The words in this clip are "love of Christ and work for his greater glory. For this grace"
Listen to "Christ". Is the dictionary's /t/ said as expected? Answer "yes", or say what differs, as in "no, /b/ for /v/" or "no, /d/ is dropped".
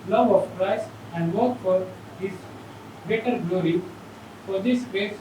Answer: no, /t/ is dropped